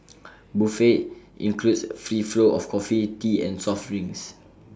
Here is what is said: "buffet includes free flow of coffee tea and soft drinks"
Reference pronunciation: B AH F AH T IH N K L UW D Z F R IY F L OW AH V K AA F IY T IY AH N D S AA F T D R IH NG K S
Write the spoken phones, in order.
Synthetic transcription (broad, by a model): B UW F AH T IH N K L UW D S F R IY F L OW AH F K AA F IY T IY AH N S AA F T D R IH NG S